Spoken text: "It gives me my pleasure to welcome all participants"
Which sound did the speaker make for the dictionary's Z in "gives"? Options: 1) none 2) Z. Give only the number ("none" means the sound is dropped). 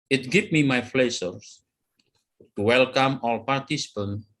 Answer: 1